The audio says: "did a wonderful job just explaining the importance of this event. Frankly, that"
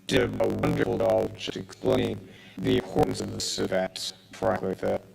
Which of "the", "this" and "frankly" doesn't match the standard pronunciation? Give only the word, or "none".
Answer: frankly